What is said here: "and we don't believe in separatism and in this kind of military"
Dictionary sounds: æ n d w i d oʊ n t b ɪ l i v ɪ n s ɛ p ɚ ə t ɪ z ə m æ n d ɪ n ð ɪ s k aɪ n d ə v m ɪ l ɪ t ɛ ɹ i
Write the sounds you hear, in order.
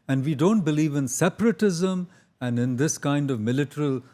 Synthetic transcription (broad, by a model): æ n d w i d oʊ n t b ɪ l i v ɪ n s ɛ p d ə t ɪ z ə m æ n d ɪ n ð ɪ s k aɪ n d ə v m ɪ l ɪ t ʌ ɹ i